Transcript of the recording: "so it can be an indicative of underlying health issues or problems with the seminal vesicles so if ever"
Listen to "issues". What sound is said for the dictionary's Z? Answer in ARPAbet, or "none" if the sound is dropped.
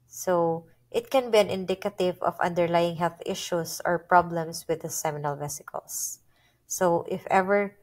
S